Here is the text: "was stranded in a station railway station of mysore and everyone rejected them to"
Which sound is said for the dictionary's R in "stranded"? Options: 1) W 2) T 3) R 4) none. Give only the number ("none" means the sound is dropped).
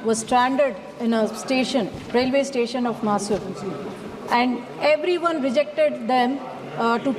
3